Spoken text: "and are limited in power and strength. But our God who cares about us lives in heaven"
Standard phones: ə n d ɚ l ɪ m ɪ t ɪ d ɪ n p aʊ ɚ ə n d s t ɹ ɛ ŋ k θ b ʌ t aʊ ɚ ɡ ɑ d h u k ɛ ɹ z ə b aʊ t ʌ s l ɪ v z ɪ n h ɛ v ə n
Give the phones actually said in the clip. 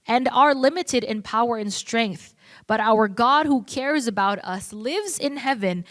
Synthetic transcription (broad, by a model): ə n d ɚ l ɪ m ɪ t ɪ d ɪ n p aʊ ɚ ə n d s t ɹ ɛ ŋ k θ b ʌ t aʊ ɚ ɡ ɑ d h u k ɛ ɹ z ə b aʊ t ʌ s l ɪ v z ɪ n h ɛ v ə n